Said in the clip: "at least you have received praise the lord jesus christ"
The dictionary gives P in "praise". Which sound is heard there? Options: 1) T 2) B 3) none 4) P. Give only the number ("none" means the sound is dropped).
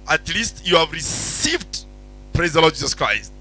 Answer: 4